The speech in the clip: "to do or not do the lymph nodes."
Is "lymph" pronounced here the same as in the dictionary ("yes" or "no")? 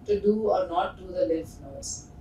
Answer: no